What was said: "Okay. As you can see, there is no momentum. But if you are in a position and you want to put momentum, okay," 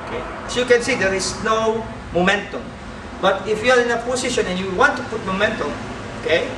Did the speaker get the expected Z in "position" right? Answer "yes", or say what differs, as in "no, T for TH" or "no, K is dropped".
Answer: no, S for Z